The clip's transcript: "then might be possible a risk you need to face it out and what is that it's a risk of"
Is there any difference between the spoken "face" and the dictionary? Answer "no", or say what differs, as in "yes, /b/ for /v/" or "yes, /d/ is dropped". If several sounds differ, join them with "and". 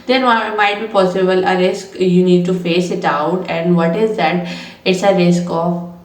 no